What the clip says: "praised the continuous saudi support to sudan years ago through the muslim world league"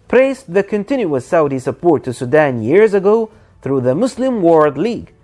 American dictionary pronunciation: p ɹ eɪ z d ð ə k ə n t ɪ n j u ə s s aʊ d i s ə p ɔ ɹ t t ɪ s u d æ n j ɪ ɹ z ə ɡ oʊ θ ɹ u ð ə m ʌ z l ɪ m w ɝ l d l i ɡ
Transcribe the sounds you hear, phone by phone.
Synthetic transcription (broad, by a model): p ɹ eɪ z ð ə k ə n t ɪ n j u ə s s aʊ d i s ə p ɔ ɹ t t ɪ s u d æ n j ɪ ɹ z ə ɡ oʊ θ ɹ u ð ə m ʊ s l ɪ m w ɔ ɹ d l i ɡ